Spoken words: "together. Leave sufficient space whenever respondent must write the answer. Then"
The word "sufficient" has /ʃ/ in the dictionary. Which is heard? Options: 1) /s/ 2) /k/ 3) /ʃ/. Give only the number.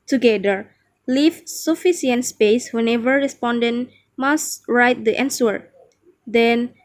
1